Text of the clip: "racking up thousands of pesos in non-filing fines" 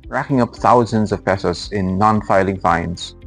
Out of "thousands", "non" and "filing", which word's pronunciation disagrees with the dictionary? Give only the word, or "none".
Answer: none